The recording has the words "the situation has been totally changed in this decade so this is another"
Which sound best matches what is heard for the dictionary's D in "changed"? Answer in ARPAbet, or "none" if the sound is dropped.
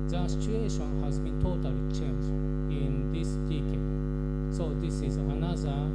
none